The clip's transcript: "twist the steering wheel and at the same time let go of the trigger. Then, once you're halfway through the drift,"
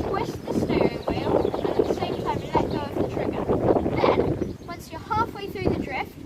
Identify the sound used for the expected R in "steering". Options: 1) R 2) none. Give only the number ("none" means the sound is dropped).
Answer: 2